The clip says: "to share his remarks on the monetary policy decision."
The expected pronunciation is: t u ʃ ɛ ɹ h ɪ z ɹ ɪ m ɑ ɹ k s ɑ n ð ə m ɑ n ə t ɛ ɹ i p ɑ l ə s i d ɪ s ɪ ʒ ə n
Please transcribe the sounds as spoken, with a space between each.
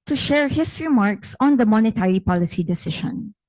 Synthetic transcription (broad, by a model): t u ʃ ɛ ɹ h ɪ s ɹ ɪ m ɑ ɹ k s ɑ n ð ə m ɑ n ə t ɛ ɹ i p ɑ l ə s i d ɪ s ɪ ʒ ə n